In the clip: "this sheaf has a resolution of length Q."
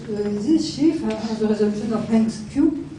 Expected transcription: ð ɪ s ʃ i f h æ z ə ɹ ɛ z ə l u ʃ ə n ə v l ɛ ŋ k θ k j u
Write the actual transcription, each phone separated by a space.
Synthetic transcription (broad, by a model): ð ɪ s ʃ i f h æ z ə ɹ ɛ z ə l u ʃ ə n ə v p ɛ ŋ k s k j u